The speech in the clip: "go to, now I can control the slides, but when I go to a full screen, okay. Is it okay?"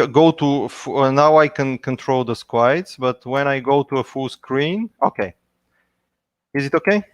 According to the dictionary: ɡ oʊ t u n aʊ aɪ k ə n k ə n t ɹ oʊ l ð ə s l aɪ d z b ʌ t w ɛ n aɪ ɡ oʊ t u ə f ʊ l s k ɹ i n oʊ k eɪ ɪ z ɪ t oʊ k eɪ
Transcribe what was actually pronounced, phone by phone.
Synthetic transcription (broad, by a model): ɡ oʊ t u n aʊ aɪ k ə n k ə n t ɹ oʊ l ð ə s w aɪ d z b ʌ t w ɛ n aɪ ɡ oʊ t u ə f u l s k ɹ i n oʊ k eɪ ɪ z ɪ t oʊ k eɪ